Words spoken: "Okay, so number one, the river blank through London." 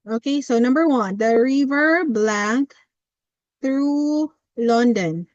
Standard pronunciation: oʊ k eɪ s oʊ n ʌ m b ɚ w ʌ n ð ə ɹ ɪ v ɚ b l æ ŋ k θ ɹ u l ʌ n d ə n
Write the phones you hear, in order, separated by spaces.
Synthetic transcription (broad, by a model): oʊ k eɪ s oʊ n ʌ m b ɚ w ʌ n ð ə ɹ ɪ v ɚ b l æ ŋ k θ ɹ u l ʌ n d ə n